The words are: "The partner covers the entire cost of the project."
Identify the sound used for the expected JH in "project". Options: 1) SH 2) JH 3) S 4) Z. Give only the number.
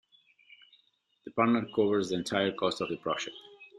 1